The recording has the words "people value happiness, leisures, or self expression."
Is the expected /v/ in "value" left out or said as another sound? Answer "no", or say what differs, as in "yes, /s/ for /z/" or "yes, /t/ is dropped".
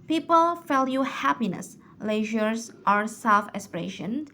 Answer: yes, /f/ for /v/